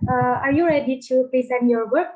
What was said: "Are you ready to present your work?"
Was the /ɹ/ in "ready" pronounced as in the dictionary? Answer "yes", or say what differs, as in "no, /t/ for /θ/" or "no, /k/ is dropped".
yes